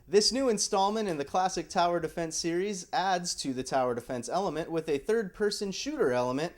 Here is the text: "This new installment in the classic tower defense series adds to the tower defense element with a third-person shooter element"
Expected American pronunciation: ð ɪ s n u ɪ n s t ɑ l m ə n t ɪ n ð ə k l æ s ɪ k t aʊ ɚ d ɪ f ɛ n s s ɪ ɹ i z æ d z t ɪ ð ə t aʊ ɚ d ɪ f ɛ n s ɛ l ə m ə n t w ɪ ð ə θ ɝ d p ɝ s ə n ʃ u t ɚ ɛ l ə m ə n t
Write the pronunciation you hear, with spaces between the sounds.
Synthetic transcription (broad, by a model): ð ɪ s n u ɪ n s t ɑ l m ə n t ɪ n ð ə k l æ s ɪ k t aʊ ɚ d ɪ f ɛ n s s ɪ ɹ i z æ d z t ɪ ð ə t aʊ ɚ d ɪ f ɛ n s ɛ l ə m ə n t w ɪ ð ə θ ɝ d p ɝ s ə n ʃ u t ɚ ɛ l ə m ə n t